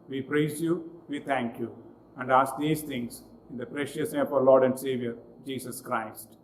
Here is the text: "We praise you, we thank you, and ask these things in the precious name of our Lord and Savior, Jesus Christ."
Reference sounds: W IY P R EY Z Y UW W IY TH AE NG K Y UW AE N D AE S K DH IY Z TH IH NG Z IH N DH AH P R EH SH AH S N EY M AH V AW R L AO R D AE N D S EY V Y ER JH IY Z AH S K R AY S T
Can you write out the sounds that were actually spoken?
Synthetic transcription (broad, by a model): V IY P R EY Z Y UW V IY T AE NG K Y UW AE N D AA S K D IY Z T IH NG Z IH N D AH P R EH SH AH S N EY AH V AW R L AO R D AE N D S EY V Y ER JH IY S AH S K R AY S T